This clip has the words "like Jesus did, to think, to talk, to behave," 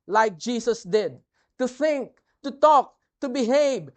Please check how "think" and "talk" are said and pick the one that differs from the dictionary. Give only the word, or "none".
none